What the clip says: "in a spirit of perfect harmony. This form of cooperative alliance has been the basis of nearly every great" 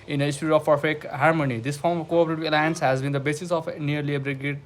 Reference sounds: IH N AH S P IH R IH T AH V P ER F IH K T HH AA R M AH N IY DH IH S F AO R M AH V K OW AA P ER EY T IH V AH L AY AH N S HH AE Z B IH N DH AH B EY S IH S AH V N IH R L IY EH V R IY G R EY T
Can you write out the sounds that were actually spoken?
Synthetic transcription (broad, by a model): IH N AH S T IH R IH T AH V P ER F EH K HH AA R M AH N IY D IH S F AO R M AH V K OW AA P ER EY T IH V AH L AY AH N S HH AE Z B IH N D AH B EY S IH S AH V N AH R L IY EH B R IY G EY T